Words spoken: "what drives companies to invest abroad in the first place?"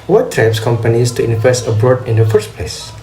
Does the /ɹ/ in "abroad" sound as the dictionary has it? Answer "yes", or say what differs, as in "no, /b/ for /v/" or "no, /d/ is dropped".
yes